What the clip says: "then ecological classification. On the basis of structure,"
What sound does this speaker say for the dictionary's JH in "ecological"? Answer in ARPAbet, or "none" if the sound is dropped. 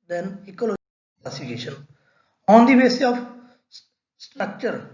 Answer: none